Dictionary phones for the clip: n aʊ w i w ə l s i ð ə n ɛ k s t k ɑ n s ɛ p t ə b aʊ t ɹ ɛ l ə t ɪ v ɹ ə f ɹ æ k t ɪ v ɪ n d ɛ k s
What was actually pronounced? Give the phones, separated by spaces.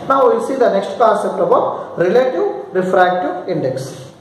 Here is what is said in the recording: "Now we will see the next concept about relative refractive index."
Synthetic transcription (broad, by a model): n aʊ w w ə l s i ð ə n ɛ k s t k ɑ s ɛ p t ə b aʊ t ɹ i l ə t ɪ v ɹ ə f ɹ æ k t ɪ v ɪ n d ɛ k s